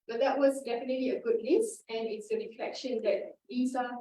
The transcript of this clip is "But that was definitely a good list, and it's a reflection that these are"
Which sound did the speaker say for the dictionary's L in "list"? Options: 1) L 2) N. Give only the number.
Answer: 2